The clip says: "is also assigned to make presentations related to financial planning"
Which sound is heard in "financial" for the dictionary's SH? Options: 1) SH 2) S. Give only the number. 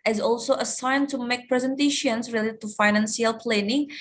2